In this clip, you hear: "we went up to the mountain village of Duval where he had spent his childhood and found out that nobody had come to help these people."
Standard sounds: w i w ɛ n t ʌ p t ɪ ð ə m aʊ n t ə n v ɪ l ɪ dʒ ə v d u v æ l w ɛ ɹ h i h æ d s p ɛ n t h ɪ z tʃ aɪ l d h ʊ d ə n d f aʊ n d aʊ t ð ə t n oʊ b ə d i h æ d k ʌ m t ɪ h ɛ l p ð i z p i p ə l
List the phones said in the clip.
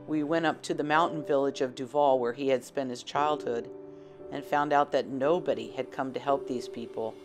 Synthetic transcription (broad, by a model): w i w ɛ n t ʌ p t ɪ ð ə m aʊ n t n v ɪ l ɪ dʒ ə v d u v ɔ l w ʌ ɹ i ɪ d s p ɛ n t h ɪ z tʃ aɪ l d h ʊ d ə n f aʊ n d aʊ t ð ə t n oʊ b ə d i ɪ d k ʌ m t ɪ h ɛ l p ð i z p i p l